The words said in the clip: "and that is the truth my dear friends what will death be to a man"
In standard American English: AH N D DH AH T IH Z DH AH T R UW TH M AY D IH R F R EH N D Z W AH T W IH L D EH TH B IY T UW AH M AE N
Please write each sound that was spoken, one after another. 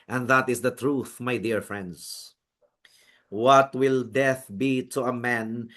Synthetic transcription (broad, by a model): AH N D DH AH T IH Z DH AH T R UW TH M AY D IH R F R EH N D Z W AH T W IH L D EH TH B IY T UW AH M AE N